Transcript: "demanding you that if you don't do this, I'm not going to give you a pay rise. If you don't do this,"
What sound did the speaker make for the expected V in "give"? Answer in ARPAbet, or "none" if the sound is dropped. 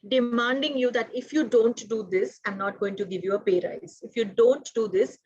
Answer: V